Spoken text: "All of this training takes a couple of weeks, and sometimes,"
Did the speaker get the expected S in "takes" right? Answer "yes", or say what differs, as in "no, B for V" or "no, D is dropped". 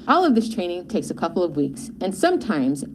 yes